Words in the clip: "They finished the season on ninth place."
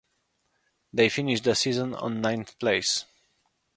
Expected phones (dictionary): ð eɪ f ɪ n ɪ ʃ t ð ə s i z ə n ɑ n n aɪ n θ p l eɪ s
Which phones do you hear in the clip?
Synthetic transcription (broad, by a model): ð eɪ f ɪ n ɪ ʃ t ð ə s i z ə n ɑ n n aɪ n θ p l eɪ s